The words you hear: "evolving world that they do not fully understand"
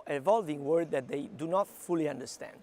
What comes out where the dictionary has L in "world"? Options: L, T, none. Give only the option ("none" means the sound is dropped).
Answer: none